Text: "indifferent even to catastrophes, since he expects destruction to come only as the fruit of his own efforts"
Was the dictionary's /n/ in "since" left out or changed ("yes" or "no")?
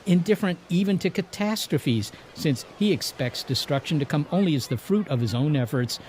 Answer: no